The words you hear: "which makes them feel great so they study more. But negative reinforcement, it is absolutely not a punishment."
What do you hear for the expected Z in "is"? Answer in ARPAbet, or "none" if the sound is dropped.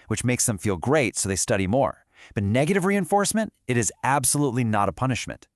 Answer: Z